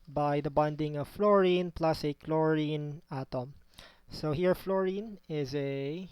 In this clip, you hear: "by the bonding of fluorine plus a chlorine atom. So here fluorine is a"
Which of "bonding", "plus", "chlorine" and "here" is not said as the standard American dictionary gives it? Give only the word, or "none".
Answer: none